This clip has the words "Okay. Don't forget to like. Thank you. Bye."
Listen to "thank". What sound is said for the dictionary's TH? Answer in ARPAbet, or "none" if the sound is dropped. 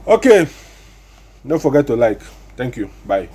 T